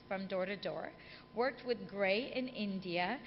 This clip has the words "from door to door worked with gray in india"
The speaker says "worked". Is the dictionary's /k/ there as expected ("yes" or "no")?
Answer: yes